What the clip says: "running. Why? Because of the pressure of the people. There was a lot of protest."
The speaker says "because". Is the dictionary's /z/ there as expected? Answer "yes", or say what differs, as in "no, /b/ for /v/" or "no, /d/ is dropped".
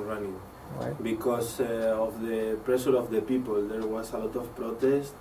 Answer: no, /s/ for /z/